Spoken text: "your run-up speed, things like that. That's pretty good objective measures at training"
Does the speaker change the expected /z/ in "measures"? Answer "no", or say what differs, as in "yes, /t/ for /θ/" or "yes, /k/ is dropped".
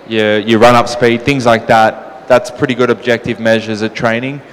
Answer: no